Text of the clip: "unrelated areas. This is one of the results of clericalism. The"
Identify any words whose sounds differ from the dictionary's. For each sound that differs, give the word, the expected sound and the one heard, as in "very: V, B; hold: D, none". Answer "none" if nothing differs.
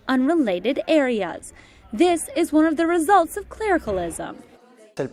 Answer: none